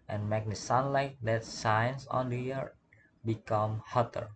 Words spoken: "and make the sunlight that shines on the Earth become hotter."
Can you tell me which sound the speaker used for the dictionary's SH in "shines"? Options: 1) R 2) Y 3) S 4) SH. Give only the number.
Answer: 3